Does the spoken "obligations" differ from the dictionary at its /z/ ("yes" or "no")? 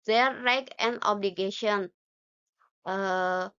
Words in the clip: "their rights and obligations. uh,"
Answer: yes